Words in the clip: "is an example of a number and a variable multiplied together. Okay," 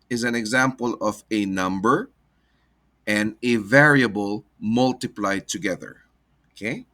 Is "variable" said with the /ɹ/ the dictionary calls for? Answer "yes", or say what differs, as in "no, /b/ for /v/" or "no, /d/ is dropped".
yes